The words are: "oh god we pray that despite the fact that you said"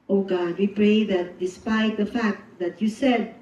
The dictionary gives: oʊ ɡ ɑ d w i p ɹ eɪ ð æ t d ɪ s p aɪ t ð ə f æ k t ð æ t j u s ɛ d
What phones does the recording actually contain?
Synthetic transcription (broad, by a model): oʊ ɡ ɑ d w i p ɹ eɪ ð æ t d ɪ s p aɪ t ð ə f æ k t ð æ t j u s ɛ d